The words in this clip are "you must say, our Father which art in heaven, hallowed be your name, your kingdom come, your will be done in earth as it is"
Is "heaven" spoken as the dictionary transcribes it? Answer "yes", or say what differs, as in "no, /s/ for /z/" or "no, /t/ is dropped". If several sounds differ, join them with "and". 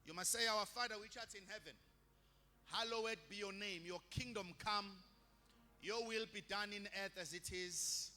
yes